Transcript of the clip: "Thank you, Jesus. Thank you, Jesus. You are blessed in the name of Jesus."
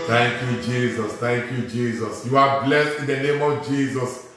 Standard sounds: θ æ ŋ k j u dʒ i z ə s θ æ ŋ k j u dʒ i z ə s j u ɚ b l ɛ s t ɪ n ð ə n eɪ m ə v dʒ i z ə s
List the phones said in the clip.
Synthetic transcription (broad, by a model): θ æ ŋ k j u dʒ i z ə s t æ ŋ k j u dʒ i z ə s j u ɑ b l ɛ s t ɪ n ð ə n eɪ m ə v dʒ i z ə s